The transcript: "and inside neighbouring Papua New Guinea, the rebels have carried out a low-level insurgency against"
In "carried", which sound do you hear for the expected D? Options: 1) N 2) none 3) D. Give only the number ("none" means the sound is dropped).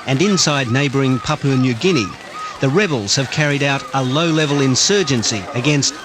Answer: 3